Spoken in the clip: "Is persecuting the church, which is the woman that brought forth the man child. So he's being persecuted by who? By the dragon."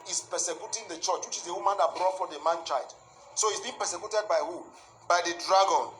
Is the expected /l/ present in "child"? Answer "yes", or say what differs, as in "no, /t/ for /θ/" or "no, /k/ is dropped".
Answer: no, /l/ is dropped